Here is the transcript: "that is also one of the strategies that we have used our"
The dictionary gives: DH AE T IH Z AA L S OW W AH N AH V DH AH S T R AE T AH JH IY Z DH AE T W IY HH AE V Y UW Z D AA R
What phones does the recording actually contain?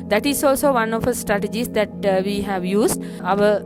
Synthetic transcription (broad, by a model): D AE T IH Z AA L S OW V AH N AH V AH S T R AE T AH JH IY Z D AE T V IY HH AE V Y UW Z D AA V